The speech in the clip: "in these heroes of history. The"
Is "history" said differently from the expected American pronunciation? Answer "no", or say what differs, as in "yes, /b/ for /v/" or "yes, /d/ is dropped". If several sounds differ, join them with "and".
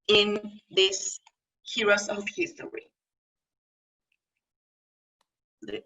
yes, /ɹ/ is dropped